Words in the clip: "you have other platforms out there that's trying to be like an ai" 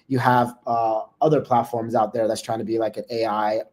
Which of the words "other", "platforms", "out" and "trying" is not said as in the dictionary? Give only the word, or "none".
none